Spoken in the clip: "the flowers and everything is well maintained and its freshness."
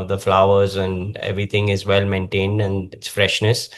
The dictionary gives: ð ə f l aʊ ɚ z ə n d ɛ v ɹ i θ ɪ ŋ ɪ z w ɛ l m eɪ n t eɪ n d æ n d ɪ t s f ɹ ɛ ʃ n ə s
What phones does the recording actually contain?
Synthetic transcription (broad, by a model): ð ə f l aʊ ɚ z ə n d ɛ v ɹ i t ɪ ŋ ɪ z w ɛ l m eɪ n t eɪ n d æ n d ɪ t s f ɹ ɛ ʃ n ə s